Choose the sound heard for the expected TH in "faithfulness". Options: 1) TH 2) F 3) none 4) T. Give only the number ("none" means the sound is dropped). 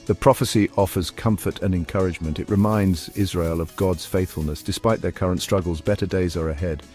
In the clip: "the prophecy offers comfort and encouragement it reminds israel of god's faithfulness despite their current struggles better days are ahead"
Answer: 1